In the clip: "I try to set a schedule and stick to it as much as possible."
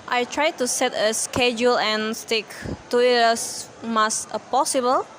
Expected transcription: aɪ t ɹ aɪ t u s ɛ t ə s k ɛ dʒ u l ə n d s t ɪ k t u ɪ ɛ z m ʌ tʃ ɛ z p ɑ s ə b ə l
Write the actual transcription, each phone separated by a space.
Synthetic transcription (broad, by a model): aɪ t ɹ aɪ t u s ɛ t ə s k ɛ dʒ u l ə n s t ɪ k t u ɪ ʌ s m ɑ s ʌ p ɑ s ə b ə l